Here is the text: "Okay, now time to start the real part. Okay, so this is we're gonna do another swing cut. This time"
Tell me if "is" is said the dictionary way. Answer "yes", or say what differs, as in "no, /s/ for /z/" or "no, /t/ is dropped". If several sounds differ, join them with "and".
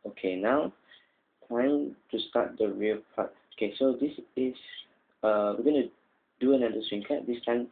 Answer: no, /s/ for /z/